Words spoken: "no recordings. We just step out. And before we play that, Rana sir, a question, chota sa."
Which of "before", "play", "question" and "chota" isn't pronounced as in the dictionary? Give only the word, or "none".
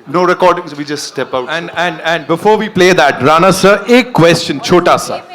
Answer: none